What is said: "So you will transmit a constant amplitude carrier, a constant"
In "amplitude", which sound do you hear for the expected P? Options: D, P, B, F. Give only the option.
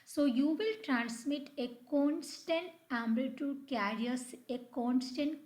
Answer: B